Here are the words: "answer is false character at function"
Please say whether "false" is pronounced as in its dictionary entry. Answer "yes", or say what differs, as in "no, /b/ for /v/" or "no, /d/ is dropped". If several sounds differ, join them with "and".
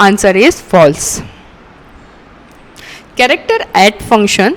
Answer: yes